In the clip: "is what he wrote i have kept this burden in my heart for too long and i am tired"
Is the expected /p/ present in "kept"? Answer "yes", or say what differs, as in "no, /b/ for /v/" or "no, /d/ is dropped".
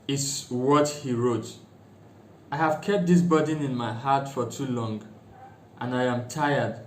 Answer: yes